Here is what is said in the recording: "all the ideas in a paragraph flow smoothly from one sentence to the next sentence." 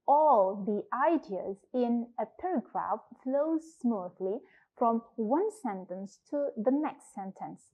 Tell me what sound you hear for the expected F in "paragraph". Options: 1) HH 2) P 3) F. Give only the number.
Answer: 3